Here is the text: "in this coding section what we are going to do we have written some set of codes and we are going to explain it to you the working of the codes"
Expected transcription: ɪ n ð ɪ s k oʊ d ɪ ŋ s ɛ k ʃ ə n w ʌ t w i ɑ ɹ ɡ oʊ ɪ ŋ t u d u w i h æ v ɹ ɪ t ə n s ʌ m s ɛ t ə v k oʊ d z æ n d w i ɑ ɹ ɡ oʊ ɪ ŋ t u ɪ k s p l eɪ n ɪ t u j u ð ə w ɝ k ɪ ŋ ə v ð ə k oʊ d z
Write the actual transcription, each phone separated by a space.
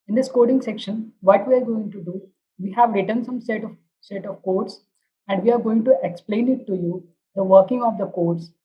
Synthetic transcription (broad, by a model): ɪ n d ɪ s k oʊ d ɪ ŋ s ɛ k ʃ ə n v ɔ t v i ɑ ɹ ɡ oʊ ɪ ŋ t u d u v i h æ v ɹ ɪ t ə n s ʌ m s ɛ t ə v k oʊ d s æ n d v i ɑ ɹ ɡ oʊ ɪ ŋ t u ɪ k s p l eɪ n ɪ t u j u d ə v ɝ k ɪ ŋ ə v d ə k oʊ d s